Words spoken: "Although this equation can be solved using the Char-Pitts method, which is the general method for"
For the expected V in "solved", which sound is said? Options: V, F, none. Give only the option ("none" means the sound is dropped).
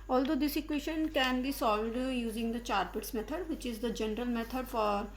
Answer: none